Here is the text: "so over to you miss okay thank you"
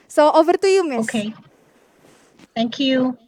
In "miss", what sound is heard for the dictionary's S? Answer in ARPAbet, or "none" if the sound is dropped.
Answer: none